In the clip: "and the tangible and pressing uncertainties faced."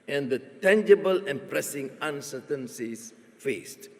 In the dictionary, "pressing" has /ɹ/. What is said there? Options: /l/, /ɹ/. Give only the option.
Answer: /ɹ/